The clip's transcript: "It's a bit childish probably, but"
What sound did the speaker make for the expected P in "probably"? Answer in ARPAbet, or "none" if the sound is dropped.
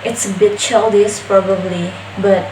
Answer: P